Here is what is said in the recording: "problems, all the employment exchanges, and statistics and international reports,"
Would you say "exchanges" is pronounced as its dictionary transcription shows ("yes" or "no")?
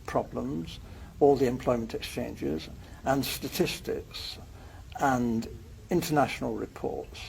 yes